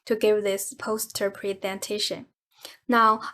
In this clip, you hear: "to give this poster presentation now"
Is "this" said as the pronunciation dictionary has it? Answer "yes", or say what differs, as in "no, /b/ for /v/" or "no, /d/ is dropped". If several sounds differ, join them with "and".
yes